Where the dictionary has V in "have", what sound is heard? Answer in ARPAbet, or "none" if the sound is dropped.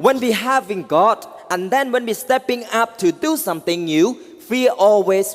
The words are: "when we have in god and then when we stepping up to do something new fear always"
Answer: V